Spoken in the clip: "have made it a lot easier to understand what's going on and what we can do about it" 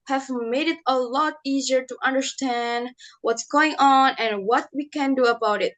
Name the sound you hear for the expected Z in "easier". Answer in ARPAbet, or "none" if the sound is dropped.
Z